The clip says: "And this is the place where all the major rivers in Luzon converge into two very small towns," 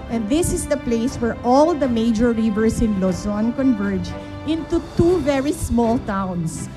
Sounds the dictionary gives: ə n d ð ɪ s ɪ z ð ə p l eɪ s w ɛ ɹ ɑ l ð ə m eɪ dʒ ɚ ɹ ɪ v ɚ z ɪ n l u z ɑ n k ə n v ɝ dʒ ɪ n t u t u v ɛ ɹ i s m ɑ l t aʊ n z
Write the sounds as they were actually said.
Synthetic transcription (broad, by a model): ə n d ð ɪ s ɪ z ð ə p l eɪ s w ɛ ɹ ɑ l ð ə m eɪ dʒ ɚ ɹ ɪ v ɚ s ɪ n l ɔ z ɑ n k ə n v ɝ dʒ ɪ n t u t u v ɛ ɹ i s m ɑ l t aʊ n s